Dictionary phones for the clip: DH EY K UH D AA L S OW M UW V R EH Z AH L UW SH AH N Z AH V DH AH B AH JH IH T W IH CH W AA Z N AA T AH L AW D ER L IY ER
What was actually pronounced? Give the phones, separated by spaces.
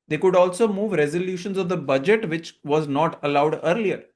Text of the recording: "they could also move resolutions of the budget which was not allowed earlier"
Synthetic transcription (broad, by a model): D EY K UH D AA L S OW M UW V R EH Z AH L UW SH AH N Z AH V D AH B AH JH IH T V IH CH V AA Z N AA T AH L AW D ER L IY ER